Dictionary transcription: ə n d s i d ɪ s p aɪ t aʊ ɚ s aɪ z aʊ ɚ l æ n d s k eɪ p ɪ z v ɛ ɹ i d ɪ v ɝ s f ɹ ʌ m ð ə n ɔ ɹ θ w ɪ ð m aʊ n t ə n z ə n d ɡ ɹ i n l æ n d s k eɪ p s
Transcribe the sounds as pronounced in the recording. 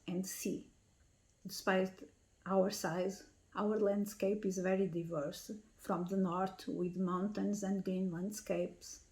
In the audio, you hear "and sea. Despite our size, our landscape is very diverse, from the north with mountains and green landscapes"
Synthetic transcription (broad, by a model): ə n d s i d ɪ s p aɪ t aʊ ɚ s aɪ z aʊ ɚ l æ n d s k eɪ p ɪ z v ɛ ɹ i d ɪ v ɝ s f ɹ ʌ m ð ə n ɔ ɹ t w ɪ ð m aʊ n t ə n z ə n d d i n l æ n d s k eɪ p s